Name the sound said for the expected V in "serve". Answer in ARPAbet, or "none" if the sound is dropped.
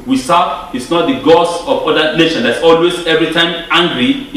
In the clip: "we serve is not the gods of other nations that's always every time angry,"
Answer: none